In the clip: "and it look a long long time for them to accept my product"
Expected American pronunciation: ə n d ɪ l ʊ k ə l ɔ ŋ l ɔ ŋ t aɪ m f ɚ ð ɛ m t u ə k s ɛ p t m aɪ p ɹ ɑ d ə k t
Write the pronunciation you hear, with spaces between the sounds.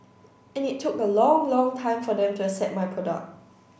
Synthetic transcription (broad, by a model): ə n ɪ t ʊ k ə l ɔ ŋ l ɔ ŋ t aɪ m f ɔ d ɛ m t u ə s ɛ t m aɪ p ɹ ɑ d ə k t